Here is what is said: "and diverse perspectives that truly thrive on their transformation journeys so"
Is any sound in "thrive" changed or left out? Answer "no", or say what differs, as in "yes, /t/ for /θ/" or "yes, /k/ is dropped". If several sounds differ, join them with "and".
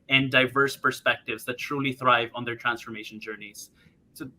no